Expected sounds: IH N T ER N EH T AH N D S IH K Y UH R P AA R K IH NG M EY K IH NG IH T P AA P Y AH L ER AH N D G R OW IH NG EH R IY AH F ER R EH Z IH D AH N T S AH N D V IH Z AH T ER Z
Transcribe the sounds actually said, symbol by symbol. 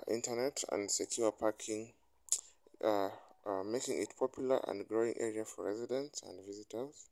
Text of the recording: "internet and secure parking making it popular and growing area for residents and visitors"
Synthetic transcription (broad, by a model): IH N T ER N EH T AH N D S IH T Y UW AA P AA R K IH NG M EY K IH NG IH T P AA P Y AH L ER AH N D G R OW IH NG EH R IY AH F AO R EH Z IH D AH N T S AH N D V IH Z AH T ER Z